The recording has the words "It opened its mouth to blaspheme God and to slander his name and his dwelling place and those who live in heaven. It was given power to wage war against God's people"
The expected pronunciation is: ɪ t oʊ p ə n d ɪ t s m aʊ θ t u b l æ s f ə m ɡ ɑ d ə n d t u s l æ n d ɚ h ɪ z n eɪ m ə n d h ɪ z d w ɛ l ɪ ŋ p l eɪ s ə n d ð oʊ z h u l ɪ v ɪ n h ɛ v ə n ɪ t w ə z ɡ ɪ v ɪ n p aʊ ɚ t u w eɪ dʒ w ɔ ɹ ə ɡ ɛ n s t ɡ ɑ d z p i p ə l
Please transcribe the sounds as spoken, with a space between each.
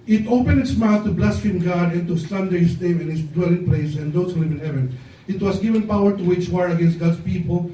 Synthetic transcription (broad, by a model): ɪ t oʊ p ə n d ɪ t s m aʊ θ t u b l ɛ s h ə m ɡ ɑ d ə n t u s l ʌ n d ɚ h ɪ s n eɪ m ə n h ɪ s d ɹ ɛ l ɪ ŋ p l eɪ s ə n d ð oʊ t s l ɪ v ɪ n h ɛ v ə n ɪ t w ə s ɡ ɪ v ɪ n p aʊ ɚ t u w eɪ tʃ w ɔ ɹ ə ɡ ɛ n s t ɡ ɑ d s p i p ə l